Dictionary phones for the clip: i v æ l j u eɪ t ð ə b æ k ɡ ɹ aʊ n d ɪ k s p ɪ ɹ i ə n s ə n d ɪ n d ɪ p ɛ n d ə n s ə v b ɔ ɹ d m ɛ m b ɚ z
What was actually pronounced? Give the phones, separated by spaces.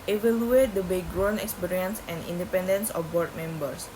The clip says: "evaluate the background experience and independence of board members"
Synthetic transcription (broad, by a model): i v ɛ l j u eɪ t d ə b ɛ ɡ ɹ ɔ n ɪ k s p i ɹ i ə n s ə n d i n d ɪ p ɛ n d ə n s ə f b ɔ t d m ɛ m b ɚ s